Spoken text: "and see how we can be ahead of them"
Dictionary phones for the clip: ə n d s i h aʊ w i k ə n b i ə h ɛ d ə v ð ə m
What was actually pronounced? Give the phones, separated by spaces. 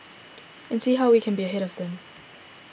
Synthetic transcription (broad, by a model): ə n s i h aʊ w i k ə n b i ə h ɛ d ə v ð ə m